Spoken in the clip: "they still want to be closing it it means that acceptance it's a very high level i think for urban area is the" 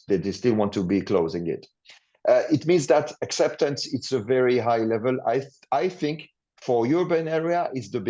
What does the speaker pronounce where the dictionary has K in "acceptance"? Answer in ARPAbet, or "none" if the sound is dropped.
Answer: K